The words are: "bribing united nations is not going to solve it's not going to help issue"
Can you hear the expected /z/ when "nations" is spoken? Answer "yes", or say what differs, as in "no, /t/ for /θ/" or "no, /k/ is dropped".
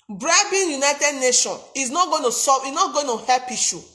no, /z/ is dropped